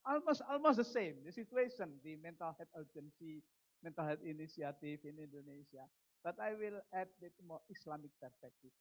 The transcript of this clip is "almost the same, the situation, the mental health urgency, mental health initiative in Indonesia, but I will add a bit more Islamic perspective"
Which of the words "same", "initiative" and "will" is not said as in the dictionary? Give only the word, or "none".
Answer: initiative